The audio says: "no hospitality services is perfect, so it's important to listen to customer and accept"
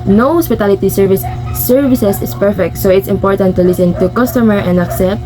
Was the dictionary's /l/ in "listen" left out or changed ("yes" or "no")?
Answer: no